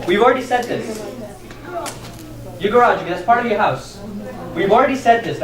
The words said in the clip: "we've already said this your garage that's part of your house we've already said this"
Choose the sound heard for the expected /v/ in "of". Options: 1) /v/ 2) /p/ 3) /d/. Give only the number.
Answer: 1